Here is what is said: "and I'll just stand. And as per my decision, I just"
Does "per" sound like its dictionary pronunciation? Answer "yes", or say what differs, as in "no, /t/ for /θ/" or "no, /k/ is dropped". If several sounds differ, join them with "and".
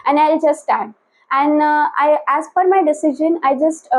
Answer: no, /f/ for /p/